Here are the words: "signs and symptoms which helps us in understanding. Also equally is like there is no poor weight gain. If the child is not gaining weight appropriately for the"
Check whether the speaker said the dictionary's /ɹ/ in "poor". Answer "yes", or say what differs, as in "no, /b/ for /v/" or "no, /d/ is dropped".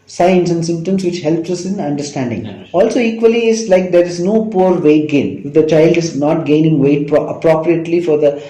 yes